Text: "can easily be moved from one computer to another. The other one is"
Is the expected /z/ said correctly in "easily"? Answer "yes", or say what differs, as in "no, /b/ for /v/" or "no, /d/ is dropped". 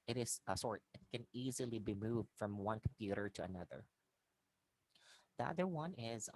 yes